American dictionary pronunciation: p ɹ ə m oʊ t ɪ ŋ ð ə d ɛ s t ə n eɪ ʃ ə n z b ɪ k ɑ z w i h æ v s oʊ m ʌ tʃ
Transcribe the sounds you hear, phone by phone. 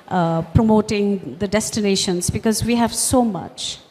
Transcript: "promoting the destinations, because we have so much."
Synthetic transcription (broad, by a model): p ɹ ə m oʊ t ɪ ŋ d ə d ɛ s t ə n eɪ ʃ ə n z b ɪ k ɑ z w i h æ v s oʊ m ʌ tʃ